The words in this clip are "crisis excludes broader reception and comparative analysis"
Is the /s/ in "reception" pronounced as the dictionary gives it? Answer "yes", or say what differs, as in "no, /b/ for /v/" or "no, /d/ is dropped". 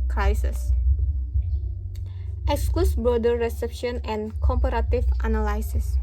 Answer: yes